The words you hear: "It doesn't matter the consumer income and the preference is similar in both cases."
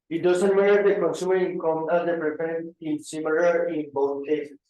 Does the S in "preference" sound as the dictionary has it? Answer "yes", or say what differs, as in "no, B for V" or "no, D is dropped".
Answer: no, S is dropped